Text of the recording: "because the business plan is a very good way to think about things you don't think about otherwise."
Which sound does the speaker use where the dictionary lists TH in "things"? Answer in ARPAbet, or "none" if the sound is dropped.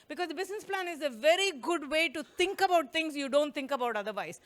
T